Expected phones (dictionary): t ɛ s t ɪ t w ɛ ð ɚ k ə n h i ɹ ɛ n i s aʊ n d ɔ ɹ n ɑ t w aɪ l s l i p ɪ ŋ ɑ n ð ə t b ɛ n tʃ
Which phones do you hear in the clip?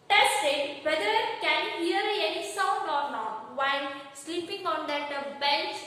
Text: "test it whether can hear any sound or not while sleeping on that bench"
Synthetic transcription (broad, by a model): t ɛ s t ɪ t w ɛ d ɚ k ə n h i ɹ ɛ n i s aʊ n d ɔ ɹ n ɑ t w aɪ n s l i p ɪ ŋ ɑ n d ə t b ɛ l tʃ